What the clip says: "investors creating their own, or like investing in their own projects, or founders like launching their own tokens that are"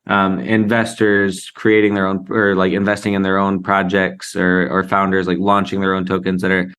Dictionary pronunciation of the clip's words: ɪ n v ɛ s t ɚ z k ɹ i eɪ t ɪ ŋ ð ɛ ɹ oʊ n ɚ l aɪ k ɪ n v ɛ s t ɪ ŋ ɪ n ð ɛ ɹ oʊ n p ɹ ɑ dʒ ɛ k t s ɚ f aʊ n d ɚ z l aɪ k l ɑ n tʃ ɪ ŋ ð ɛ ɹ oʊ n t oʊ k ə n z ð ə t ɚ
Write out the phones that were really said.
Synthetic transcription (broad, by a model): ɪ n v ɛ s t ɚ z k ɹ i eɪ t ɪ ŋ ð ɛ ɹ oʊ n ɚ l aɪ k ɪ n v ɛ s t ɪ ŋ ɪ n ð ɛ ɹ oʊ n p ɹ ɑ dʒ ɛ k t s ɚ f aʊ n d ɚ z l aɪ k l ɑ n tʃ ɪ ŋ ð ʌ ɹ oʊ n t oʊ k ə n z ð ə t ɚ